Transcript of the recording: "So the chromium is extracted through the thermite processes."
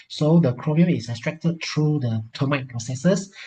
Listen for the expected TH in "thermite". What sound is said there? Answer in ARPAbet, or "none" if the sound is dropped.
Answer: T